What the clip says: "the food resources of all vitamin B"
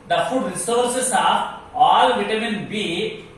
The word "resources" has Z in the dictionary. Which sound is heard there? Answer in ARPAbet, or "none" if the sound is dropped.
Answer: S